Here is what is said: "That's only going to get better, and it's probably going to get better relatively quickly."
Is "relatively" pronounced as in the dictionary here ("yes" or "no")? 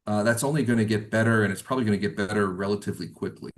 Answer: yes